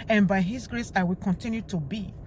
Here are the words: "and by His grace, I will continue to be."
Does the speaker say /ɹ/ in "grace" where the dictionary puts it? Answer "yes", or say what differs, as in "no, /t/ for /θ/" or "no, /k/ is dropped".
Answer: yes